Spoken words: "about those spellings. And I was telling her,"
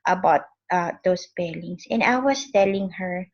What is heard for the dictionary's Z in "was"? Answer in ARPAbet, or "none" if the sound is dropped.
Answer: S